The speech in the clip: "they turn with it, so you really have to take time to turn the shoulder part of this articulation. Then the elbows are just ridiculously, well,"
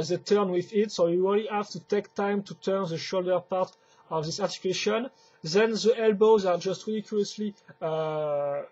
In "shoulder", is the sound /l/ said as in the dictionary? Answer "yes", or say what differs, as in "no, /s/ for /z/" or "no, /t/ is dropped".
yes